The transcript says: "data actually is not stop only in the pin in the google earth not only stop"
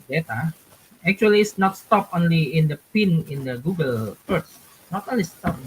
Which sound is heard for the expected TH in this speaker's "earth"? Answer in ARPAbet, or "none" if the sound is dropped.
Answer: S